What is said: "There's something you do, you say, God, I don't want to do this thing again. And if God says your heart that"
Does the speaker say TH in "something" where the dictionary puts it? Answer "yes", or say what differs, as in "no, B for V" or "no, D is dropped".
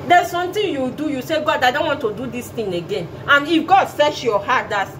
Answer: no, T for TH